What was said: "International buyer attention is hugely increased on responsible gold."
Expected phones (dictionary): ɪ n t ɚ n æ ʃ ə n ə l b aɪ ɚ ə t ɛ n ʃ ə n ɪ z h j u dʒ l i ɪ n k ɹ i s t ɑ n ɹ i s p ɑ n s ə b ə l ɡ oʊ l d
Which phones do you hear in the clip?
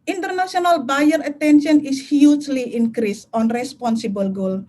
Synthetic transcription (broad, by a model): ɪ n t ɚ n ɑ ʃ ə n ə l b aɪ ɚ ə t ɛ n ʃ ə n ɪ s h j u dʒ l i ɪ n k ɹ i s ɑ n ɹ i s p ɑ n s ə b ə l ɡ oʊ l